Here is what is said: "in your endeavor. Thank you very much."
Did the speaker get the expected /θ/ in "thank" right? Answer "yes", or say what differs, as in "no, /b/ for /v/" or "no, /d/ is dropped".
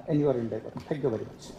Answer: no, /t/ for /θ/